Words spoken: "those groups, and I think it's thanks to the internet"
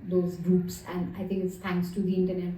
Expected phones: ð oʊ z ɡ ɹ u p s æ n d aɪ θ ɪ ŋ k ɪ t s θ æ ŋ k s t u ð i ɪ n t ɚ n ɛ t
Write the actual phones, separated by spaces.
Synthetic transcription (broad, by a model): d oʊ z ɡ ɹ u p s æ n d aɪ t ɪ ŋ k ɪ t s t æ ŋ k s t u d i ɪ n t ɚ n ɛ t